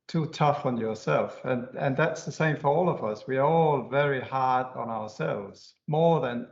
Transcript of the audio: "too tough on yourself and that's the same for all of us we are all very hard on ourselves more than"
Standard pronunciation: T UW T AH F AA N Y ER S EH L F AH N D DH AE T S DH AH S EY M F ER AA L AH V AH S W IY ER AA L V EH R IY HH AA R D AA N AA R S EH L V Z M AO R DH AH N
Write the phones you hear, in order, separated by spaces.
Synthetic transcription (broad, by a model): T UW T AH F N Y ER S EH L F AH N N DH AE T S DH AH S EY M F ER AA L AH V AH S W IY ER AA L V EH R IY HH AA R D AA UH AA R S EH L V Z M AO R DH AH N